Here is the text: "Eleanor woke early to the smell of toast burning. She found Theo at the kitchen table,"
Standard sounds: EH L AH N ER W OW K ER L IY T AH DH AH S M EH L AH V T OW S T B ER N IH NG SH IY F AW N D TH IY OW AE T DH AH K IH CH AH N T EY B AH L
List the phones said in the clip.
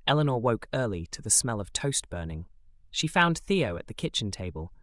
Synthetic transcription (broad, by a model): EH L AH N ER W OW K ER L IY T AH DH AH S M EH L AH V T OW S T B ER N IH NG SH IY F AW N TH IY OW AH T DH AH K IH CH AH N T EY B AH L